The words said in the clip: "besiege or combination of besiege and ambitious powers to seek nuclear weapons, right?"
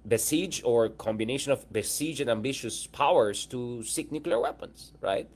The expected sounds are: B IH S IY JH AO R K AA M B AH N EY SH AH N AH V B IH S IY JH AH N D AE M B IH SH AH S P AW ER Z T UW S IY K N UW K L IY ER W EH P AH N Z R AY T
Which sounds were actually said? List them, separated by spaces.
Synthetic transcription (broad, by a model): B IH S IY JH AO R K AA M B AH N EY SH AH N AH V B IH S IY JH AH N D AE M B IH SH AH S P AW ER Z T UW S IY K N UW K L IY ER W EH P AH N S R AY T